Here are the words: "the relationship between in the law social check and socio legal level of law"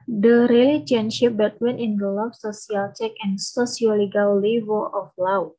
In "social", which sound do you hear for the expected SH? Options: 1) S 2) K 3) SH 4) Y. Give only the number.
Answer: 1